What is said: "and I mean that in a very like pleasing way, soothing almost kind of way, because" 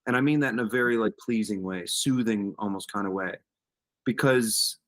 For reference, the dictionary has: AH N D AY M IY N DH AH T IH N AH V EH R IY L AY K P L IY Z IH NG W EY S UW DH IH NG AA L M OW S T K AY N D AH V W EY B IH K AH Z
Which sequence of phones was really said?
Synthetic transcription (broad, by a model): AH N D AY M IY N DH AH T IH N AH V EH R IY L AY K P L IY Z IH NG W EY S UW DH IH NG AA L M OW S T K AY N D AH W EY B IH K AH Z